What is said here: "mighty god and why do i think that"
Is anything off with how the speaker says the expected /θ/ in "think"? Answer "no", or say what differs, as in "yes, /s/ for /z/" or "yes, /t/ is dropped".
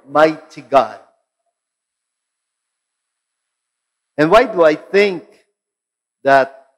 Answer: no